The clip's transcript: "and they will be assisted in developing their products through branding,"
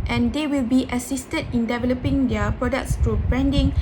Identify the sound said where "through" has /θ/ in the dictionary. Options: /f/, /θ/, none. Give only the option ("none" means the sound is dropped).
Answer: /f/